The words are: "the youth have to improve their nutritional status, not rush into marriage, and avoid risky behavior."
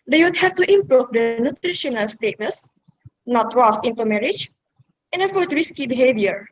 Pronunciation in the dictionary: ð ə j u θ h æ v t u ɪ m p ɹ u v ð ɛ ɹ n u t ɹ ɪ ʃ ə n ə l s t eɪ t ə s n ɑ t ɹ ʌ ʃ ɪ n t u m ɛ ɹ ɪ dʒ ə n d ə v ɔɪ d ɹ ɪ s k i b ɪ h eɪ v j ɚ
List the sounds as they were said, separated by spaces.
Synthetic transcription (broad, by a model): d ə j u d h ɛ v t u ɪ m p ɹ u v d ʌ n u t ɹ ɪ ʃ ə n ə l s t eɪ t ə s n ɑ t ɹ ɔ s ɪ n t u m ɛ ɹ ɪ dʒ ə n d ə f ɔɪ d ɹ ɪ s k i b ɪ h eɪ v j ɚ